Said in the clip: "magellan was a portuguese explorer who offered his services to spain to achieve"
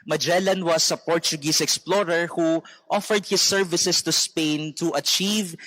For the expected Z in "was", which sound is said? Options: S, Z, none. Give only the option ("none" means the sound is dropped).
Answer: S